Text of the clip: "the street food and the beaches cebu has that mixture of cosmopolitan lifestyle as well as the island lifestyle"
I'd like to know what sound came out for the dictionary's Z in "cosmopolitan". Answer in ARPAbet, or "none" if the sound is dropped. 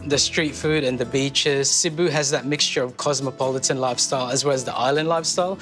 Z